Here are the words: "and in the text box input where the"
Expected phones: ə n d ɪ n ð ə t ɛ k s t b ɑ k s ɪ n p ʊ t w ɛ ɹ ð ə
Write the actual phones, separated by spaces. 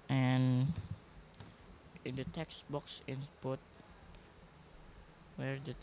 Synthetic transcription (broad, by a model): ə n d ɪ n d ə t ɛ k s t b ɑ k s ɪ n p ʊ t w ɛ ɹ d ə